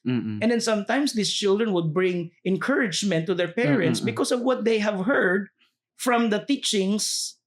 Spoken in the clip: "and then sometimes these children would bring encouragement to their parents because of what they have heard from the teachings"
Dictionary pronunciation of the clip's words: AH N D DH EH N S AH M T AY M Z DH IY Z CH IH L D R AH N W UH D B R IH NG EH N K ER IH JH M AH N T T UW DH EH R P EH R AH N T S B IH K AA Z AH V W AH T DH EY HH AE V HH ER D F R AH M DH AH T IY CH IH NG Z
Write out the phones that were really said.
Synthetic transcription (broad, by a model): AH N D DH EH N S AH M T AY M S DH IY S CH IH L D R AH N W UH D B R IH NG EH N K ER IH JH M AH N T T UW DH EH R P EH R AH N T S B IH K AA S AH V W AH T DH EY HH AE V HH ER D F R AH M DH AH T IY CH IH NG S